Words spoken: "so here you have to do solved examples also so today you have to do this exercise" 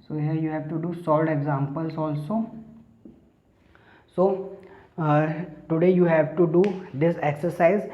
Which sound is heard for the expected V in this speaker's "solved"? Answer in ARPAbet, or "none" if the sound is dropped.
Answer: none